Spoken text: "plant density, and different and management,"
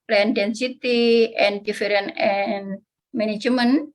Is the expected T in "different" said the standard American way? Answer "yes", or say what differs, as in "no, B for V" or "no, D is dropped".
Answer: no, T is dropped